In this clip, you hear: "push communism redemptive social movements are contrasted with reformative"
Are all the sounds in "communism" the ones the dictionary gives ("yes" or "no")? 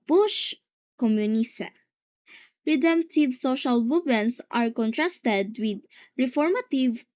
no